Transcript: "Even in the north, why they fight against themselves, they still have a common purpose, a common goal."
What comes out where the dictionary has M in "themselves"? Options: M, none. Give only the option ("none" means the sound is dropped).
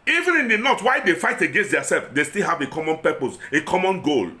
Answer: none